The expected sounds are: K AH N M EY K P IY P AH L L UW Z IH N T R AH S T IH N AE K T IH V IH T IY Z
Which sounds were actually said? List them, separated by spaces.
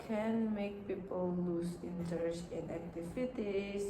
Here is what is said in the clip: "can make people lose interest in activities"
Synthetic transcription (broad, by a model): K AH N M EY K P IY P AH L L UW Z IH N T AH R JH IH N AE K T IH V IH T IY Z